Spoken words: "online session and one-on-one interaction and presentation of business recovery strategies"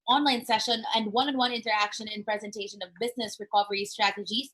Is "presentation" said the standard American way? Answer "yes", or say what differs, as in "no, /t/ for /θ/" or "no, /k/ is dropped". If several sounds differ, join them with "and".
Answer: yes